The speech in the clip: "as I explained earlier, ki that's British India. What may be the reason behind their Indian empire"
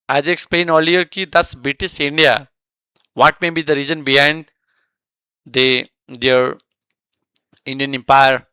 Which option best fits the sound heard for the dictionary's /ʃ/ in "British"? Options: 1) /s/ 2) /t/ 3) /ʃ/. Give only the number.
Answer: 1